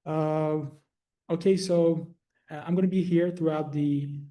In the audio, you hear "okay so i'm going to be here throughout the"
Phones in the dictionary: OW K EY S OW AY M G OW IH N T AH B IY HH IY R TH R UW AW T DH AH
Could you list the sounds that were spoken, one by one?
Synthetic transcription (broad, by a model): OW K EY S OW AY M G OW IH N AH B IY HH IY R TH R UW AW T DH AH